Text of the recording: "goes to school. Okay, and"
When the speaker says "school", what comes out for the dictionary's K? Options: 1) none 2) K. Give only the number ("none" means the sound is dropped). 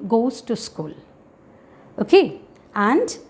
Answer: 2